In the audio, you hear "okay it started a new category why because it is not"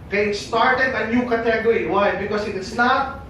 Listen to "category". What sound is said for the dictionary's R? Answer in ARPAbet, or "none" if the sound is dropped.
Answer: none